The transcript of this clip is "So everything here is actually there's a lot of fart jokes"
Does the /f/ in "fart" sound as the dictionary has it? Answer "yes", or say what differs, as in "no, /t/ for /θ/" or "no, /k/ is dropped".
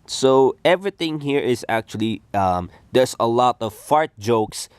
yes